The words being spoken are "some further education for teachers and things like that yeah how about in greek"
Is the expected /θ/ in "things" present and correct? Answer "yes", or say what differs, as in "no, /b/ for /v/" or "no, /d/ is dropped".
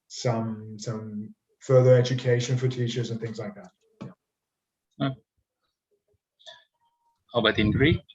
yes